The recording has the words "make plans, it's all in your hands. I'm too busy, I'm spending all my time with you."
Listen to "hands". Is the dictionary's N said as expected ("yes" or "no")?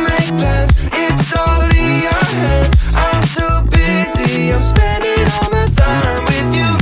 no